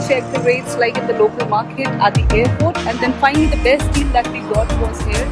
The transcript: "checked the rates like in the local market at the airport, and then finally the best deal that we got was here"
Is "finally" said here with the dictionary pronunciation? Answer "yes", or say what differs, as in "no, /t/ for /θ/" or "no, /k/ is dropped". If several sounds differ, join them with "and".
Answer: no, /l/ is dropped